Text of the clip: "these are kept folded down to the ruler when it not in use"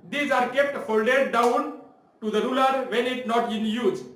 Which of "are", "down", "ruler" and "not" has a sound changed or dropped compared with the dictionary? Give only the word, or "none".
none